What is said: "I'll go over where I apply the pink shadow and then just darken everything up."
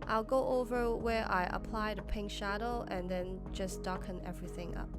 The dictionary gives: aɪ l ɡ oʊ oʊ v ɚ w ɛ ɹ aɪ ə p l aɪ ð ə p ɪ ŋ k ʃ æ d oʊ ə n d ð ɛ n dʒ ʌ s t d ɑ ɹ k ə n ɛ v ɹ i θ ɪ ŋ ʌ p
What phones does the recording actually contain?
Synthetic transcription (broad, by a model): aɪ l ɡ oʊ oʊ v ɚ w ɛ ɹ aɪ ə p l aɪ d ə p ɪ ŋ k ʃ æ d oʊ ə n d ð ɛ n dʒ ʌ s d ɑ k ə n ɛ v ɹ i θ ɪ ŋ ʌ p